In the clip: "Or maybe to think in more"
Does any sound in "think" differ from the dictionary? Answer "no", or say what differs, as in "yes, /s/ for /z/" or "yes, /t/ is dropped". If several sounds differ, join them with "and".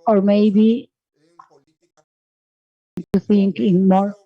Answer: yes, /s/ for /θ/